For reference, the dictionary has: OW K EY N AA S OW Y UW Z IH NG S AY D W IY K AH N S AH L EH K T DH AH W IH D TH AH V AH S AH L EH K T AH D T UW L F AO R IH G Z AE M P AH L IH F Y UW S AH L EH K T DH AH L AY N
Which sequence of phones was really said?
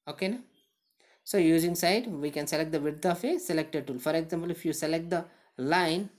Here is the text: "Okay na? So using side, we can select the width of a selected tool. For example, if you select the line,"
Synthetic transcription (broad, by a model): OW K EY N AA S OW Y UW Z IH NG S AY D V IY K AH N S AH L EH K T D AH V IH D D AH F AH S AH L EH K T AH D T UW L F AO R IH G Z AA M P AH L IH F Y UW S AH L EH K T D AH L AY N